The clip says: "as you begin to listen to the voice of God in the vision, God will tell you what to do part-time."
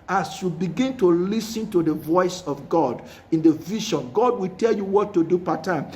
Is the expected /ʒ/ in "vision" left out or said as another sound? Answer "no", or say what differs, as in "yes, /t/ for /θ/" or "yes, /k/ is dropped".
yes, /ʃ/ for /ʒ/